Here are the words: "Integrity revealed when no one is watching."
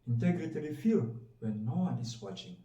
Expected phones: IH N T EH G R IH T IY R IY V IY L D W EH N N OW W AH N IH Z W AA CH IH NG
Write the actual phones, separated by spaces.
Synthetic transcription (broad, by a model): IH N T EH G R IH T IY L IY F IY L W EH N N OW W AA N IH S W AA CH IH NG